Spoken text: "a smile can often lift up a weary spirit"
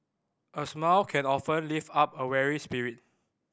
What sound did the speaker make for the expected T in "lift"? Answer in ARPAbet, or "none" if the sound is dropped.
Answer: none